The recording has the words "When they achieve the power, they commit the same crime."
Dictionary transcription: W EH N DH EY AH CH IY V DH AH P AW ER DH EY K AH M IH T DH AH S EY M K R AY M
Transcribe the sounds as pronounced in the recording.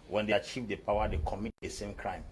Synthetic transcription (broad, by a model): W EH N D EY AH CH IY V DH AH P AW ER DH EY K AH M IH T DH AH S EY M K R AY M